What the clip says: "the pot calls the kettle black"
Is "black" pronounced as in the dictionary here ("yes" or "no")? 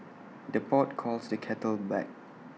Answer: no